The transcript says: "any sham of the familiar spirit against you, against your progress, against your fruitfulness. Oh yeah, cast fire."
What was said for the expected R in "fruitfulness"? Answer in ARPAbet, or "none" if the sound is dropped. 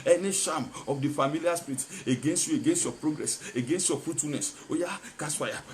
R